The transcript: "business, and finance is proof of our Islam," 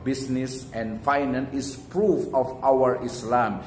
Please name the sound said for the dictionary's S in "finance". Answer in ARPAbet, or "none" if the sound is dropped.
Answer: none